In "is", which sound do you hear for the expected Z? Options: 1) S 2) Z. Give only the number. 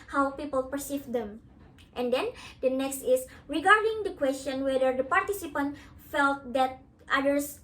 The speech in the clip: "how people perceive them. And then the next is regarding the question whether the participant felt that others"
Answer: 1